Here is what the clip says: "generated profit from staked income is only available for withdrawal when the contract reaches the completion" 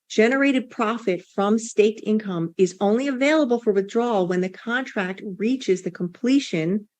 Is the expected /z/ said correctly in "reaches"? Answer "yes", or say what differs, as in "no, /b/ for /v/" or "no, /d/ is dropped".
yes